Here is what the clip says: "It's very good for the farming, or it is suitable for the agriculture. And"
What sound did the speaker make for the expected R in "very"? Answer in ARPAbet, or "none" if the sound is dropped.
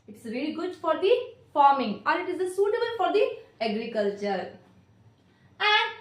L